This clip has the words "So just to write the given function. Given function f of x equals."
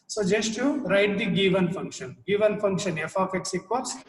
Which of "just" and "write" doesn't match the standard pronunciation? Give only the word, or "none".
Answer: none